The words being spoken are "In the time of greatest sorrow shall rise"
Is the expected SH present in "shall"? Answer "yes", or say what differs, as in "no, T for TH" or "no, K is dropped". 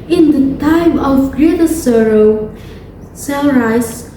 no, S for SH